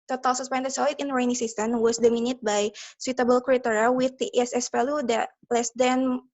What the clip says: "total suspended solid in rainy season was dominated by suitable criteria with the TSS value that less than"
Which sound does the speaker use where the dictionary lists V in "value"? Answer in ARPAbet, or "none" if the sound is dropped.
F